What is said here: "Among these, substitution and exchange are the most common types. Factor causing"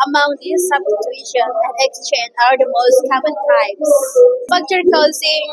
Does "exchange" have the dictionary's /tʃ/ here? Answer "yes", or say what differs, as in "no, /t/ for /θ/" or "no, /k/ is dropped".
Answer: yes